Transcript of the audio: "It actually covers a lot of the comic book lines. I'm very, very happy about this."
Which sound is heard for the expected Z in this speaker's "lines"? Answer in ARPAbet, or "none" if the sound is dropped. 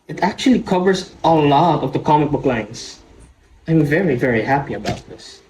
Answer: S